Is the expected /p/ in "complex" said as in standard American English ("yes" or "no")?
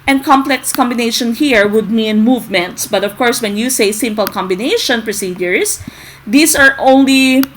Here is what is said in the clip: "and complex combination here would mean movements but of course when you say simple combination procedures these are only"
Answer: yes